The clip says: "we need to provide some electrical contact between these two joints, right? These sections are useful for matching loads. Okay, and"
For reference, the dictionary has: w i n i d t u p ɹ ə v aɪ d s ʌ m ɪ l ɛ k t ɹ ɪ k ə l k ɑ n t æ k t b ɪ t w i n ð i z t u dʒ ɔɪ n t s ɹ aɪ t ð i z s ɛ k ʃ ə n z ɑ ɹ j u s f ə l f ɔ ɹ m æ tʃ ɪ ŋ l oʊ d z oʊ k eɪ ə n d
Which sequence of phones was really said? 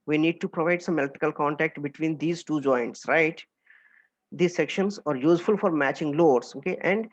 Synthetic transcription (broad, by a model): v i n i d t u p ɹ ə v aɪ d s ʌ m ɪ l t ɪ k ə l k ɑ n t æ k t b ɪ t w i n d i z t u dʒ ɔɪ n t s ɹ aɪ t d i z s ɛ k ʃ ə n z ɑ ɹ j u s f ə l f ɔ ɹ m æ tʃ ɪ ŋ l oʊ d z oʊ k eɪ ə n d